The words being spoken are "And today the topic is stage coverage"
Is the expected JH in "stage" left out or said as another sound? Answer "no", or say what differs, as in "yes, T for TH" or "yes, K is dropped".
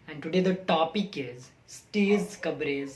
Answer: yes, Z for JH